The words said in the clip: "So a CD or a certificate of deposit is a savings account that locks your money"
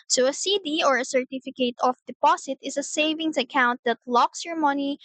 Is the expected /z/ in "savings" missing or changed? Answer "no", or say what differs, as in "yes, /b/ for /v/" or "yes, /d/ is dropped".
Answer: yes, /s/ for /z/